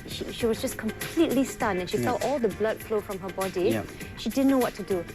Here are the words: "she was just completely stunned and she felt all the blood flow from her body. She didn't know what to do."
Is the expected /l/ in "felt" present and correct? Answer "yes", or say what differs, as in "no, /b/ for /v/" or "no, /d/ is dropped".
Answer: no, /l/ is dropped